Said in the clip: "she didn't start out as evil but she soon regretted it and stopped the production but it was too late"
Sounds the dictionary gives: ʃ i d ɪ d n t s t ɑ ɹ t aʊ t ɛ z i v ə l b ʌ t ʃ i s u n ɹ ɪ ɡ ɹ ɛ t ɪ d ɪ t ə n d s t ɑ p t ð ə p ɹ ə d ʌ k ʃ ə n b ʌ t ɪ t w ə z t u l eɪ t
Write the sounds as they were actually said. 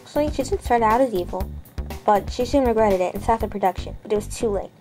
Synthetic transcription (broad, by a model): ʃ i d ɪ d n t s t ɑ ɹ t aʊ t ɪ z i v l b ʌ t ʃ i s u n ɹ ɪ ɡ ɹ ɛ t ɪ d ɪ t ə n s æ t ð ə p ɹ ə d ʌ k ʃ ə n b ʌ t ɪ t w ə z t u l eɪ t